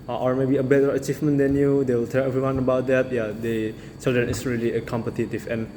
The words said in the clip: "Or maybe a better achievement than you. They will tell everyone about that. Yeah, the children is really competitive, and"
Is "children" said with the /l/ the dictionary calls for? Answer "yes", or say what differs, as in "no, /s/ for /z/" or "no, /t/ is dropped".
no, /l/ is dropped